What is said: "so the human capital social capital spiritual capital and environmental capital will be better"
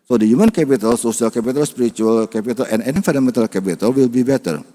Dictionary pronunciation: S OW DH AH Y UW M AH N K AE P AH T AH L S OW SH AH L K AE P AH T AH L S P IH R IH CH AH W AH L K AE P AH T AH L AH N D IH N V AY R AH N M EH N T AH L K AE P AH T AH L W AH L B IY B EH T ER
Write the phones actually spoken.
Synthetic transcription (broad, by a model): S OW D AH Y UW M AH N K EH P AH T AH L S OW S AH L K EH P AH T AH L S P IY R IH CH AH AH L K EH P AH T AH L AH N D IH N F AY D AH M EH N T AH L K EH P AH T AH L W AH L B IY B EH T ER